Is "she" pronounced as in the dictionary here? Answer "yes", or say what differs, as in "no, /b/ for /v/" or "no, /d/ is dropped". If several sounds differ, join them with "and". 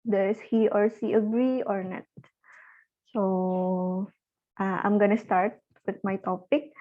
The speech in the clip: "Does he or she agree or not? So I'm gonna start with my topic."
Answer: no, /s/ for /ʃ/